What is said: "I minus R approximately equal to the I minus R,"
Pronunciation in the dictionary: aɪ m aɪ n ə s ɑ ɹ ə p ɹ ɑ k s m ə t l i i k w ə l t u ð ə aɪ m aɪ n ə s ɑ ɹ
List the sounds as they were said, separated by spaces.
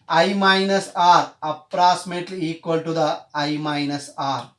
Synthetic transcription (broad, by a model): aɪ m aɪ n ə s ɑ ɹ ə p ɹ ɑ k s m ə t l i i k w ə l t u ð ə aɪ m aɪ n ə s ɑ ɹ